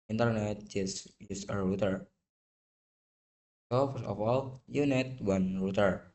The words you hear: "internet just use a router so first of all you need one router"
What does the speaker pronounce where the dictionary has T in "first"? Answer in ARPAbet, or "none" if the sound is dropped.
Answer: none